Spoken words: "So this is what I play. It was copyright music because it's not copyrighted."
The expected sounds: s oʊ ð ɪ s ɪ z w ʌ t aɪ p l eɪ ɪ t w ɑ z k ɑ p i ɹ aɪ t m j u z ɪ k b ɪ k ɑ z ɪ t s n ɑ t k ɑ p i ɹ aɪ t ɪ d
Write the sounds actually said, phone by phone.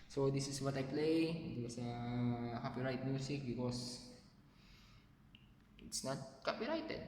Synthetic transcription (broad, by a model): s oʊ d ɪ s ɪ s w ʌ t aɪ p l eɪ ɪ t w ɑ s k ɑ p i ɹ aɪ t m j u s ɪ k b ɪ k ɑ s ɪ t s n ɑ t k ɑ p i ɹ aɪ t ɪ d